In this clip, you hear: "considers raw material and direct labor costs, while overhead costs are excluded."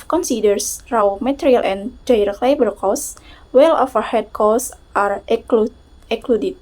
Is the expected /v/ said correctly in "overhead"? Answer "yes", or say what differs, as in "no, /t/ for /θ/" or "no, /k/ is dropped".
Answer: no, /f/ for /v/